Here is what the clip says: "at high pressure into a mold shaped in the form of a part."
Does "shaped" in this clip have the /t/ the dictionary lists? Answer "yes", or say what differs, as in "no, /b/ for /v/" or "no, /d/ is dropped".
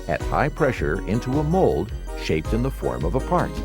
yes